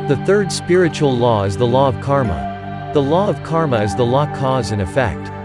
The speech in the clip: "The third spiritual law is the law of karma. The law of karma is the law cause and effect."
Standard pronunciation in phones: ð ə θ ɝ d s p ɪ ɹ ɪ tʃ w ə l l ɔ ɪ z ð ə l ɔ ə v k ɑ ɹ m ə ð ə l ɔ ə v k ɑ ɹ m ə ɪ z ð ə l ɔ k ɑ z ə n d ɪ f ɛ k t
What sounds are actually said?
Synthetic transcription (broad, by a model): ð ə θ ɝ d s p ɪ ɹ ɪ tʃ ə l l ɔ ɪ z ð ə l ɔ ə v k ɑ ɹ m ə ð ə l ɔ ə v k ɑ ɹ m ə ɪ z ð ə l ɔ k ɑ z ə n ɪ f ɛ k t